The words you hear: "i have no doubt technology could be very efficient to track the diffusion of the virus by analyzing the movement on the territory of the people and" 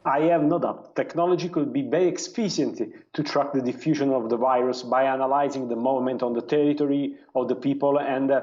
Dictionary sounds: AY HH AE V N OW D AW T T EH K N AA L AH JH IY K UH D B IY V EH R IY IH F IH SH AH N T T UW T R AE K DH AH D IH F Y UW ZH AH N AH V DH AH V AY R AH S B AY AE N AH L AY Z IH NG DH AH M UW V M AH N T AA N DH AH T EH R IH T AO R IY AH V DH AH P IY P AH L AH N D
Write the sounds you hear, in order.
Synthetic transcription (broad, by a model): AY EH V N OW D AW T T EH K N AA L AH JH IY K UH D B IY V EH R IY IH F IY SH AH N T T UW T R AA K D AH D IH F Y UW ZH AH N AH V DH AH V AY R AH S B AY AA N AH L AY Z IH NG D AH M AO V M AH N T AA N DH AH T EH R IH T AO R IY AH V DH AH P IY P AH L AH N D